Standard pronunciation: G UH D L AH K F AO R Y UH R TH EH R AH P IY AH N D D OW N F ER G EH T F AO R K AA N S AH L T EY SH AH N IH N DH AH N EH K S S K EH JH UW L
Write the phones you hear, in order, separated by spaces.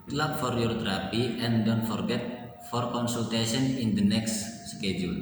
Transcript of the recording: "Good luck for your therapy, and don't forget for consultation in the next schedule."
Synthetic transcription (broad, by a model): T L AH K F AO R Y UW R T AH R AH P IY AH N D D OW N F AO G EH T F AO R K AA N S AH L T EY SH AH N IH N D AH N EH K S S K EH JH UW L